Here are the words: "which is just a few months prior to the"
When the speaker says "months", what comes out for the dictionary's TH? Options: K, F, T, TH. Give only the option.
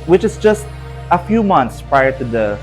T